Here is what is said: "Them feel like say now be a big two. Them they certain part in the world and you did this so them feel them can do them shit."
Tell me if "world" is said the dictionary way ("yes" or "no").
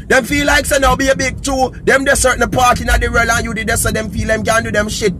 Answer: no